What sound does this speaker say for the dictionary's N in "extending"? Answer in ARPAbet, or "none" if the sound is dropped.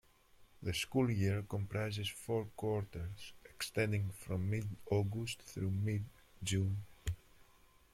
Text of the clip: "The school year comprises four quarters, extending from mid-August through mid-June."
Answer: N